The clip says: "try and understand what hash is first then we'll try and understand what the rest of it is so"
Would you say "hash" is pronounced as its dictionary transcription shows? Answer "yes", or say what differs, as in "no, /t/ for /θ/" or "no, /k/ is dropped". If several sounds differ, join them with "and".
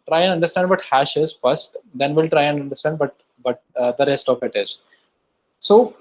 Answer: yes